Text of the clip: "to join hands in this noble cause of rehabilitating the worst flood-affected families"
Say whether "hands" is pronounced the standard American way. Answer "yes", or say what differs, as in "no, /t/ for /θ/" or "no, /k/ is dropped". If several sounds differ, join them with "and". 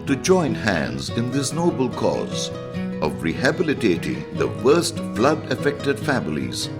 yes